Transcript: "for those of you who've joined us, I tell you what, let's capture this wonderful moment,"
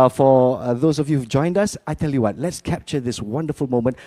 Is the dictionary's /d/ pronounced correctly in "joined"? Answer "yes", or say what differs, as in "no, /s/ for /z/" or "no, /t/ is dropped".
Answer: yes